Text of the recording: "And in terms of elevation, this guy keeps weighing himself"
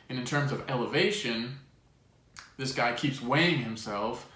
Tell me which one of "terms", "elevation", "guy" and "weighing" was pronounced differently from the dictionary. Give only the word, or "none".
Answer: none